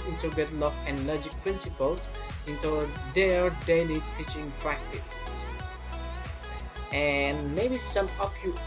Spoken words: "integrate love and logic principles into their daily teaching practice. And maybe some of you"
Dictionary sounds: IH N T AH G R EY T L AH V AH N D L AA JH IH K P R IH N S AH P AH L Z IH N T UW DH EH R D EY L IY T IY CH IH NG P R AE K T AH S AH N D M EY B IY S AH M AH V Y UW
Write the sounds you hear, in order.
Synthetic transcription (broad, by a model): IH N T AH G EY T L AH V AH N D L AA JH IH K P R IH N S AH P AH L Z IH N T UW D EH R D EY L IY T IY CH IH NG P R AE K T AH S AH N D M EY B IY S AH M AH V Y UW